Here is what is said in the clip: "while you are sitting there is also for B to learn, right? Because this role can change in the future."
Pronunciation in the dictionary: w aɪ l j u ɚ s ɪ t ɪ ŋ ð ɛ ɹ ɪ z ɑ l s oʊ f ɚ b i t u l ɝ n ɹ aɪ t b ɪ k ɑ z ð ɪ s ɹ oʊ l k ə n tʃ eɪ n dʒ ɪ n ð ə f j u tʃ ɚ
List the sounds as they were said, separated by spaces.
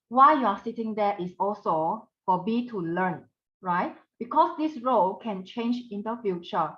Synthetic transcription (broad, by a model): w aɪ j u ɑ s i t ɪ ŋ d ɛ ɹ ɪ s ɑ l s oʊ f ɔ b i t u l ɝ n ɹ aɪ t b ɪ k ɑ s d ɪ s ɹ oʊ l k ə n tʃ eɪ n dʒ ɪ n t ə f j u tʃ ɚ